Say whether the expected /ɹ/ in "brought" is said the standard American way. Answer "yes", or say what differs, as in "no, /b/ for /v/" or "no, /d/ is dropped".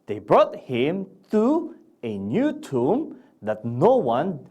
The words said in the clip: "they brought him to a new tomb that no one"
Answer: yes